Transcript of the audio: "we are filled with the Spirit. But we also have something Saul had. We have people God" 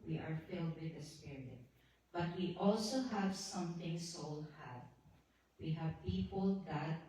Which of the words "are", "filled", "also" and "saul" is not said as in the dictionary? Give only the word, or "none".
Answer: none